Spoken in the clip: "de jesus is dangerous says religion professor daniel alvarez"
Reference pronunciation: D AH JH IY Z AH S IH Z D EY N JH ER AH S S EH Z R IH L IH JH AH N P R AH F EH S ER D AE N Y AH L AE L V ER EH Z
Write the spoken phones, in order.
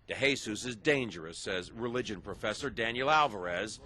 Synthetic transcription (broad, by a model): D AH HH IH S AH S IH Z D EY N JH ER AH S S EH Z R IH L IH JH AH N P R AH F EH S ER D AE N Y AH L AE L V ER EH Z